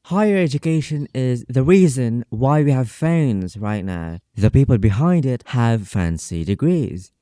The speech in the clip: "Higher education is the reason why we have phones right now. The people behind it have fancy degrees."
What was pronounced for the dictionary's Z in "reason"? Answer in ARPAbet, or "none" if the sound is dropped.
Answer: Z